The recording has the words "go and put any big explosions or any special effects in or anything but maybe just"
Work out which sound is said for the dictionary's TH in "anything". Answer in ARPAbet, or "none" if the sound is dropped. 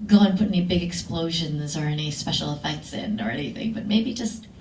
TH